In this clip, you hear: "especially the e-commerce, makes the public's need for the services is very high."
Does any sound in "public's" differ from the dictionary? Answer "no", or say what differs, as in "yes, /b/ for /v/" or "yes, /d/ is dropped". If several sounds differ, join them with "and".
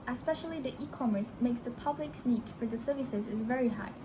no